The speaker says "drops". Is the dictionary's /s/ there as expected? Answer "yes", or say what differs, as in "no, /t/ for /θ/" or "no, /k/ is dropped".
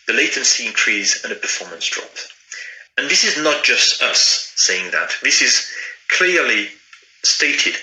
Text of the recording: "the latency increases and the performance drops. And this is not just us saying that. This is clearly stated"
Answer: no, /s/ is dropped